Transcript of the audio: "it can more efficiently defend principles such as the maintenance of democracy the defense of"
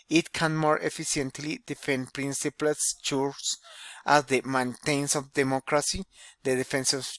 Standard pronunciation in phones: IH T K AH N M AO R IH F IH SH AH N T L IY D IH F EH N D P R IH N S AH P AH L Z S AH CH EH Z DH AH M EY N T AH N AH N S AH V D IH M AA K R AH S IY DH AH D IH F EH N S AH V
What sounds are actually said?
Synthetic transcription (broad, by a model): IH T K AH N M AO R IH F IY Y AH N T L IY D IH F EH N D P R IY N S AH P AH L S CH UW S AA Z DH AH M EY N T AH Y N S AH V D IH M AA K R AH S IY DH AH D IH F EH N S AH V